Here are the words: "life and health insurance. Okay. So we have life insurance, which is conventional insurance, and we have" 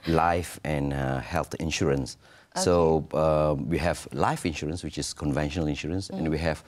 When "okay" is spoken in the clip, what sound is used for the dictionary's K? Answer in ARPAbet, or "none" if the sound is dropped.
none